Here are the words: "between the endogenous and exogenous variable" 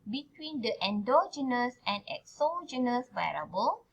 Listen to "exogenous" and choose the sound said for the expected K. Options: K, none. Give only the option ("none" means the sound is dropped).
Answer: K